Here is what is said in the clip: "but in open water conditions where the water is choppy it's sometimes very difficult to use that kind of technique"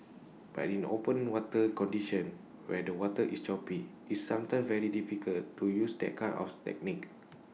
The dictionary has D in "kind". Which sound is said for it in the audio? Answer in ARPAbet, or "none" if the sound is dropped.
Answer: none